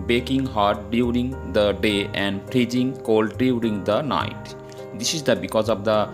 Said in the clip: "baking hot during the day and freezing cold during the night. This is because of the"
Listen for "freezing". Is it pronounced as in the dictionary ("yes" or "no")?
no